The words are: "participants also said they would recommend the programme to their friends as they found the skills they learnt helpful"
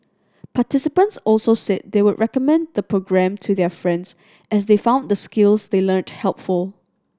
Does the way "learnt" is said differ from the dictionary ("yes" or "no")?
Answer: no